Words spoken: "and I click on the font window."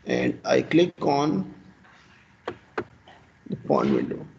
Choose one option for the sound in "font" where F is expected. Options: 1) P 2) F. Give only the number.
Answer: 1